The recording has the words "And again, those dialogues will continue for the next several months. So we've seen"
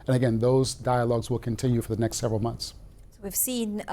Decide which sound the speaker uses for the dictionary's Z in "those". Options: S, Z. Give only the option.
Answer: Z